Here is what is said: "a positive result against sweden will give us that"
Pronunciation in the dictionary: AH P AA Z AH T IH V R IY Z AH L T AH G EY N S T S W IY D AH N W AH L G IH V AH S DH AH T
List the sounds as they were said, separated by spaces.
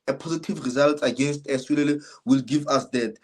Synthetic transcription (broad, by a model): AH P AA Z AH T IH V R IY Z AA L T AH G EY N S T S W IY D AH L W AH L G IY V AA S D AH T